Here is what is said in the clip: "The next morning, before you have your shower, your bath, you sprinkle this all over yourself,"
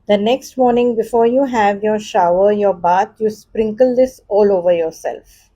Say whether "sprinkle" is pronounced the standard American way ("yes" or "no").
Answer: yes